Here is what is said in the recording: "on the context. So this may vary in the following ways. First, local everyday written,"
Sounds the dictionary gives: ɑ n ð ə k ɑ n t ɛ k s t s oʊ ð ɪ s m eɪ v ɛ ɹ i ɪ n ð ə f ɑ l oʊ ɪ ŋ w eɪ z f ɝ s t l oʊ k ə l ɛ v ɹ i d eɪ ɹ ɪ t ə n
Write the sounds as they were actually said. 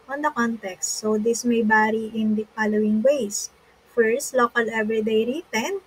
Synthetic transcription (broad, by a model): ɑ n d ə k ɑ n t ɛ k s t s oʊ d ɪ s m eɪ b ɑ ɹ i ɪ n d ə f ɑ l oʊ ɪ ŋ w eɪ s f ɝ s t l oʊ k ə l ɛ v ɹ i d eɪ ɹ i t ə n